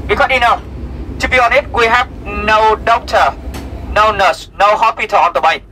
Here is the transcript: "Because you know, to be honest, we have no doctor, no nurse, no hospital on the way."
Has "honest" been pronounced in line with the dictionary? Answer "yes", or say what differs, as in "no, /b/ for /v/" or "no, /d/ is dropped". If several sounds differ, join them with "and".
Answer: no, /s/ is dropped